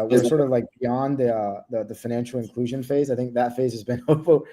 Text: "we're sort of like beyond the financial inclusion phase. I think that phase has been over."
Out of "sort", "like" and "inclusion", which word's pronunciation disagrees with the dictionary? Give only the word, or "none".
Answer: none